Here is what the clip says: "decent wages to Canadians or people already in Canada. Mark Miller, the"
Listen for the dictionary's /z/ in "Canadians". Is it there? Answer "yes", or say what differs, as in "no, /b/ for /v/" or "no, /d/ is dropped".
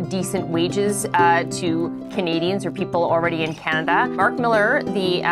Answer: yes